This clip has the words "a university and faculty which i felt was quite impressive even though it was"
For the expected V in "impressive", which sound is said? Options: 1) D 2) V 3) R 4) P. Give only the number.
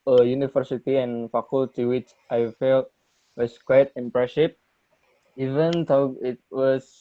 4